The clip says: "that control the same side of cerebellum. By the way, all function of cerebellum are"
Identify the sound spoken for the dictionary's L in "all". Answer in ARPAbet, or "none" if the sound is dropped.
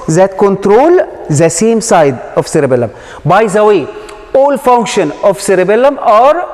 L